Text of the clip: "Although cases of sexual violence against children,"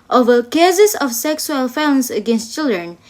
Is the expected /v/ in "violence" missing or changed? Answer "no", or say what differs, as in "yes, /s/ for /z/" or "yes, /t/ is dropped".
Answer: yes, /f/ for /v/